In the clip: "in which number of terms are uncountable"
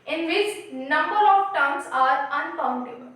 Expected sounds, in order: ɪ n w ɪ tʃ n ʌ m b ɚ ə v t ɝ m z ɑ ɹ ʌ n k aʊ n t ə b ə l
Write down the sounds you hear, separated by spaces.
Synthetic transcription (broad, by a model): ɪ n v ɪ tʃ n ʌ m b ɚ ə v t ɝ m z ɑ ɹ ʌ n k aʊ n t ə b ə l